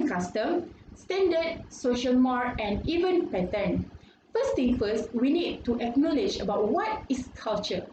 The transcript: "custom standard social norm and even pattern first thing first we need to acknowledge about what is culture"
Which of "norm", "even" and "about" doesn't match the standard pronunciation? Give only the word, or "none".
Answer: norm